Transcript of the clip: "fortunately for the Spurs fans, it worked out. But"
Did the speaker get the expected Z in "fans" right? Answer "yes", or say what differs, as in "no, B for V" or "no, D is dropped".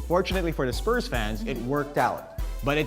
yes